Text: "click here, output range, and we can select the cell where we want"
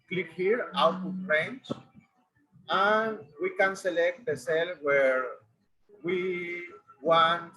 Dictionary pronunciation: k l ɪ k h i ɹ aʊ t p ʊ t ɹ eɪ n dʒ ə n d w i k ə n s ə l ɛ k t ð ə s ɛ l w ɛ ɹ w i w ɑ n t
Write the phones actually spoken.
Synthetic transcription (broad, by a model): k l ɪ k h i ɹ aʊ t u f ɹ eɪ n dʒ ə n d w i k ə n s ə l ɛ k t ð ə s ɛ l w ɛ ɹ w i w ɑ n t